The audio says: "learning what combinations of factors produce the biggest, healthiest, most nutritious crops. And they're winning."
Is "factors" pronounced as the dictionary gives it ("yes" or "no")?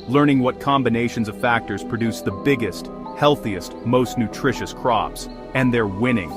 yes